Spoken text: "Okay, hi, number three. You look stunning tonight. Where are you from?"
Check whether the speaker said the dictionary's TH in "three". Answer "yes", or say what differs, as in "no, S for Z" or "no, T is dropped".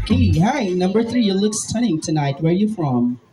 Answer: yes